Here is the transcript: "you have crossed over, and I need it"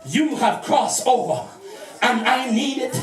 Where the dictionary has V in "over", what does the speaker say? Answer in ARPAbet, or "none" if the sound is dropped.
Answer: V